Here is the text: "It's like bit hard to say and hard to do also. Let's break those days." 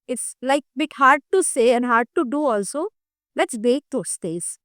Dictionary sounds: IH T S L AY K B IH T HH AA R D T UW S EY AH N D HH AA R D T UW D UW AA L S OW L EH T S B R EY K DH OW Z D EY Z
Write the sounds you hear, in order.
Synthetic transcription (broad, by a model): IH T S L AY K B IH T HH AA R D T UW S EY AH N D HH AA R D T UW D UW AA L S OW L EH T S B EY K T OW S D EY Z